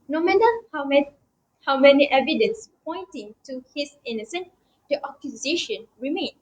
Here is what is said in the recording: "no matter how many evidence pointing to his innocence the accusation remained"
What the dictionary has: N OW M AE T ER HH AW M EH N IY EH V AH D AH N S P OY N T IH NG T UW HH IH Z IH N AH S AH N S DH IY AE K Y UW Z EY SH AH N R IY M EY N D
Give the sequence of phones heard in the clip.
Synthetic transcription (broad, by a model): N OW M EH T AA HH AW M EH N IY EH V AH D AH N S P OY N T IH NG T UW HH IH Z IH N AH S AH N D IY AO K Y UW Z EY SH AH N R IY M EY N